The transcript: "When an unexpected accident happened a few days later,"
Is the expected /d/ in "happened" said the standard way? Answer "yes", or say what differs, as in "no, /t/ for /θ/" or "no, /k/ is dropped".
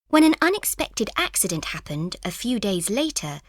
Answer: yes